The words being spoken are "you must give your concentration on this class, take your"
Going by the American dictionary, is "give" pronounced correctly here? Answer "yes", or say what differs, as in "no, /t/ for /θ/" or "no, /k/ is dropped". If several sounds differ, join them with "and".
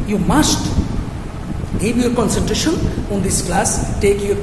no, /b/ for /v/